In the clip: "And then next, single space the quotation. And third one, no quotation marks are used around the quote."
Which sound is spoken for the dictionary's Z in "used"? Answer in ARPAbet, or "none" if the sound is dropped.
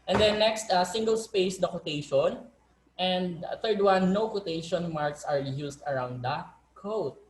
S